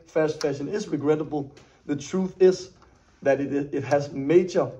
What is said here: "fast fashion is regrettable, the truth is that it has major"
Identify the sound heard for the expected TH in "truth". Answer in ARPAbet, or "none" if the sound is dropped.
TH